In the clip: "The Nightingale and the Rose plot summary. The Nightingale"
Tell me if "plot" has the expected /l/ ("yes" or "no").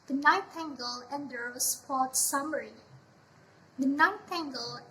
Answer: no